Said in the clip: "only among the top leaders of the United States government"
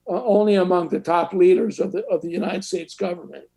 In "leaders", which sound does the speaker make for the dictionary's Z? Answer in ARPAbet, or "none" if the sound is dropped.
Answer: Z